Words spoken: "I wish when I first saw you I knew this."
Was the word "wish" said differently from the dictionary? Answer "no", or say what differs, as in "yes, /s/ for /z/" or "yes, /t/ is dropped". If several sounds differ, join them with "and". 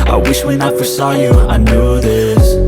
no